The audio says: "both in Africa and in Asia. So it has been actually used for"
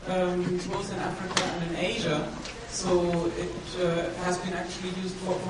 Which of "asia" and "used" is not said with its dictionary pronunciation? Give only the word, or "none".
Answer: none